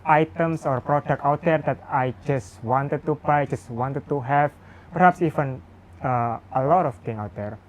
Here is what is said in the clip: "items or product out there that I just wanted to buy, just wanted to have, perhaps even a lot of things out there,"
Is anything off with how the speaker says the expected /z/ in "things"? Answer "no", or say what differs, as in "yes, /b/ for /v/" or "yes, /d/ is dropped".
yes, /z/ is dropped